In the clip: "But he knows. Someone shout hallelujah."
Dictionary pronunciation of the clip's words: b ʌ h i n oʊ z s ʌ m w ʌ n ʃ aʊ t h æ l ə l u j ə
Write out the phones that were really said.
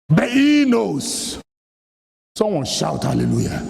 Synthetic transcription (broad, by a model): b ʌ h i n oʊ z s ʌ m w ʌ n ʃ aʊ t h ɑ l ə l u j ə